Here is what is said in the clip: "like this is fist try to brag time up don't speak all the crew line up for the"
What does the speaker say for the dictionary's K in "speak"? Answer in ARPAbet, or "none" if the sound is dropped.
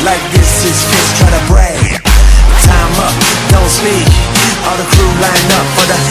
none